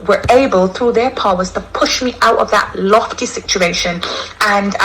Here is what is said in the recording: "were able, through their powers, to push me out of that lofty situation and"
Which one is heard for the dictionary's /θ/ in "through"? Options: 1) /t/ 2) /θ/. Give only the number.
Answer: 2